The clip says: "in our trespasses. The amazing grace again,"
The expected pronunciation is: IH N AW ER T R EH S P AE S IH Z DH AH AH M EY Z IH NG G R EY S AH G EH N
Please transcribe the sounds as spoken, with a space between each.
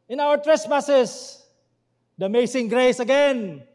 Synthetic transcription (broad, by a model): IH N AW ER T R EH S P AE S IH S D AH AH M EY S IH NG G R EY S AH G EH N